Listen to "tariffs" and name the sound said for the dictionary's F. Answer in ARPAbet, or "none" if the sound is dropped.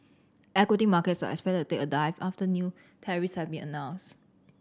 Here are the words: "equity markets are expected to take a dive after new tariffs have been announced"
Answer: none